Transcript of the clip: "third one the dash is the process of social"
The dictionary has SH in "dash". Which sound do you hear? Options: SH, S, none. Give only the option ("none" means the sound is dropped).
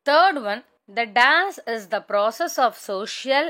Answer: S